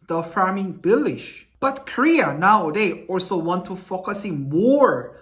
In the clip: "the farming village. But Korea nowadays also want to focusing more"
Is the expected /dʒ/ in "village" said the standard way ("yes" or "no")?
no